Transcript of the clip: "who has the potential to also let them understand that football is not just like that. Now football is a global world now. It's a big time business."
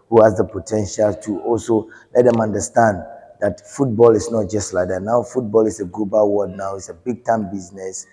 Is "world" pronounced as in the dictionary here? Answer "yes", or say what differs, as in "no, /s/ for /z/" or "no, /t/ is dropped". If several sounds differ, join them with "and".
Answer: no, /l/ is dropped